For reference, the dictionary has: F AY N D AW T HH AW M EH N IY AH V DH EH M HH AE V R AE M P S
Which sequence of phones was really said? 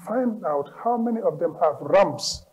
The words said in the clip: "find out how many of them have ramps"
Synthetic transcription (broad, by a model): F AY N D AW T HH AW M EH N IY AH V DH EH M HH AE V R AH M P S